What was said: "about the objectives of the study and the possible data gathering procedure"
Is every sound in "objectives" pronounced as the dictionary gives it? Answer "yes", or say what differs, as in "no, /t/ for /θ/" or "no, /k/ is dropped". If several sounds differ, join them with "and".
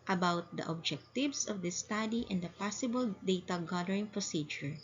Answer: no, /s/ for /z/